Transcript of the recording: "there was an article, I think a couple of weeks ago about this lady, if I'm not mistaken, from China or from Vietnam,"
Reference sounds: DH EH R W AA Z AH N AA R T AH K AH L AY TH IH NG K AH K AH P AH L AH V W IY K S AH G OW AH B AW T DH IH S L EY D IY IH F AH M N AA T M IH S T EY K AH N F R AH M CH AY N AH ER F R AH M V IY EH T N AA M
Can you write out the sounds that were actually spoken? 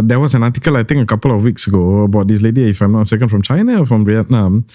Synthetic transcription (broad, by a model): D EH W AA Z AH N AA T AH K AH L AY T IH NG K AH K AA P AH L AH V W IY K S AH G OW AH B AW T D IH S L EY D IY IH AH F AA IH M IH S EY K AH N F R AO M CH AY N AH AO F R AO M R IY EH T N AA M